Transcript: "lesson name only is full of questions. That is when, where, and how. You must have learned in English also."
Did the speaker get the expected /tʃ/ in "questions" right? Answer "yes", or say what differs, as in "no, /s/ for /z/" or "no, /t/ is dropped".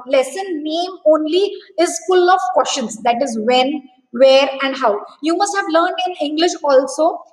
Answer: no, /ʃ/ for /tʃ/